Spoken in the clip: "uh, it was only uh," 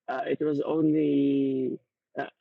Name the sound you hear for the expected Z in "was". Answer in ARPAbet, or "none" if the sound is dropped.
Z